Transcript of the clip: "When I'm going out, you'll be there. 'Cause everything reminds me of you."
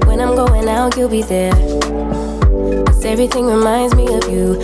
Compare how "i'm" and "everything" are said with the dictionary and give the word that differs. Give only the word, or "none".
none